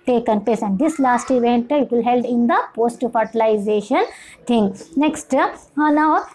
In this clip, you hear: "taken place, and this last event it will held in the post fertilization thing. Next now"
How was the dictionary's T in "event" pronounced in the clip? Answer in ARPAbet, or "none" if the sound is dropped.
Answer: T